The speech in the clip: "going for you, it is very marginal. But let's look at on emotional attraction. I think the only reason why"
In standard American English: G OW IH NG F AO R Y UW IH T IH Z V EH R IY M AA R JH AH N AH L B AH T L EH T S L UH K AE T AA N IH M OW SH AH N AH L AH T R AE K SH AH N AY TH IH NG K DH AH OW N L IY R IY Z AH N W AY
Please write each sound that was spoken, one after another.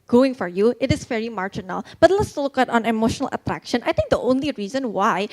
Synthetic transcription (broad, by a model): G OW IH NG F AO R Y UW IH T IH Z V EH R IY M AA R JH AH N AH L B AH T L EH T S L UH K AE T AA N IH M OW SH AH N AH L AH T R AE K SH AH N AY T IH NG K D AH OW N L IY R IY Z AH N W AY